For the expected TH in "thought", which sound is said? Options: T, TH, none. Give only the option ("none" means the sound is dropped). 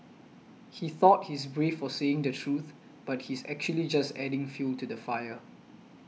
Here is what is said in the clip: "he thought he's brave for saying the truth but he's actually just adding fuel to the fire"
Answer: TH